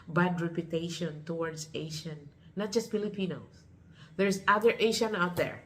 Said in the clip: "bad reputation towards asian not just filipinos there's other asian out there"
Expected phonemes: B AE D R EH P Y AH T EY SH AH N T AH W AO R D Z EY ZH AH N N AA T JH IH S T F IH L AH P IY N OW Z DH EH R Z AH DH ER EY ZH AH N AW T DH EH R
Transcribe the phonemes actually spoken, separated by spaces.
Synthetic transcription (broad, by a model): B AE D R EH P Y AH T EY SH AH N T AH W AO R D S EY SH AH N N AA T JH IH S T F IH L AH P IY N OW S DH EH R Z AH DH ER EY SH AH N AW T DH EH R